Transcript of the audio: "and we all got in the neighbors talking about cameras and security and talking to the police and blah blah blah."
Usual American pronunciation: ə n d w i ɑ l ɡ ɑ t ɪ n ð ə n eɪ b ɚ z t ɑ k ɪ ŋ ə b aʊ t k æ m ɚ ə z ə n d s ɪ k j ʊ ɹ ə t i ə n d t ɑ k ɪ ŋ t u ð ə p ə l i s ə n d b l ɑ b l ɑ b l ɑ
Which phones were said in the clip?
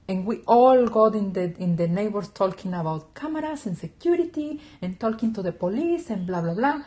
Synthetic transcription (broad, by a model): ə n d w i ɑ l ɡ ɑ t ɪ n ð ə n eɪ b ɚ s t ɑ k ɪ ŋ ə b aʊ t k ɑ m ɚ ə s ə n s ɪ k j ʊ ɹ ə t i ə n t ɑ k ɪ ŋ t u ð ə p ə l i s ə n b l ɑ b l ɑ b l ɑ